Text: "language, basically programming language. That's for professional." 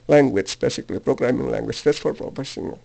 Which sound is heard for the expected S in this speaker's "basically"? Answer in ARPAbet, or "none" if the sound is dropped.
S